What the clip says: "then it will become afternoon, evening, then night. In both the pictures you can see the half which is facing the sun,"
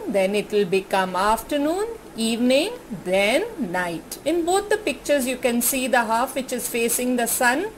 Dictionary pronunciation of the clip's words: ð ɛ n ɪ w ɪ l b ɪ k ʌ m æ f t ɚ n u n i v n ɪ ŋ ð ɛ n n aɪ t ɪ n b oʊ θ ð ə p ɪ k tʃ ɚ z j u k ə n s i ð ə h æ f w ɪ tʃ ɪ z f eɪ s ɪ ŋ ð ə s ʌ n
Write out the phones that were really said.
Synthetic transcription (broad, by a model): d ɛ n ɪ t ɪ l b ɪ k ʌ m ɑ f t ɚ n u n i v n ɪ ŋ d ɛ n n aɪ t ɪ n b oʊ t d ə p ɪ k tʃ ɚ z j u k ə n s i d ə h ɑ f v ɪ tʃ ɪ z f eɪ s ɪ ŋ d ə s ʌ n